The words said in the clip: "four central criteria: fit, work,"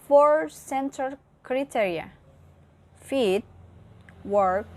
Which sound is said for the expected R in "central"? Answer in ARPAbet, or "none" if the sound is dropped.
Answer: none